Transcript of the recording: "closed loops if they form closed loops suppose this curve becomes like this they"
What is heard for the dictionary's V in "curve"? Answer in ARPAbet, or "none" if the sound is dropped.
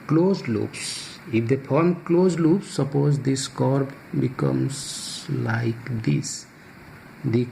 B